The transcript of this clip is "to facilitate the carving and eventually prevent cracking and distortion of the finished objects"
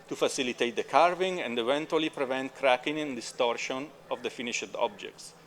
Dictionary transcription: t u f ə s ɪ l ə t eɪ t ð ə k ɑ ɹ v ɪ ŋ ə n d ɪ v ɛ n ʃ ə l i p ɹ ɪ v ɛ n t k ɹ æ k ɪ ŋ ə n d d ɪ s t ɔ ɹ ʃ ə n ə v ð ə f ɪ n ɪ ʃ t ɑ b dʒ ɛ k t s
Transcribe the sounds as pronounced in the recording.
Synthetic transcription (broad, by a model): t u f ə s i l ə t eɪ t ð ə k ɑ ɹ v ɪ ŋ ə n d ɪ v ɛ n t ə l i p ɹ ɪ v ɛ n t k ɹ æ k ɪ ŋ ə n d d ɪ s t ɔ ɹ ʃ ə n ə v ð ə f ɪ n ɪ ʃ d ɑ b dʒ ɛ k t s